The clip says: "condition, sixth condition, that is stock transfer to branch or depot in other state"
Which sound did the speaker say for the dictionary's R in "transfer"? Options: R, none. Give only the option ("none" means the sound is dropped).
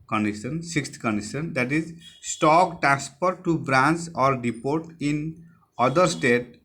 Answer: none